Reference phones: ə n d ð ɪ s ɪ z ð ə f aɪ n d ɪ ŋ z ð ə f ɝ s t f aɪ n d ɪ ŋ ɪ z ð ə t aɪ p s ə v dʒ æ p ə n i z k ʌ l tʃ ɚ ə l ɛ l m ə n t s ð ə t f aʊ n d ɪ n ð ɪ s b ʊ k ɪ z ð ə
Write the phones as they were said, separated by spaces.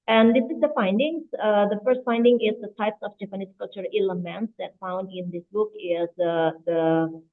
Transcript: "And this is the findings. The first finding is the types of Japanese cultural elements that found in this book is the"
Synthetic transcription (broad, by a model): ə n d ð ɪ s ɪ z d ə f aɪ n d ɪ ŋ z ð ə f ɝ s t f aɪ n d ɪ ŋ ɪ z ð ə t aɪ p s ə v dʒ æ p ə n i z k ʌ l tʃ ɚ ə l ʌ m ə n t s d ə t f aʊ n d ɪ n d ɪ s b ʊ k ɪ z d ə